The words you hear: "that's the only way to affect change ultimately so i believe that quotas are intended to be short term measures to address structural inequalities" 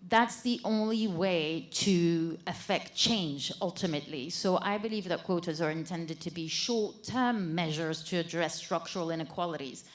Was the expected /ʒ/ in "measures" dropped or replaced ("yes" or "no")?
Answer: no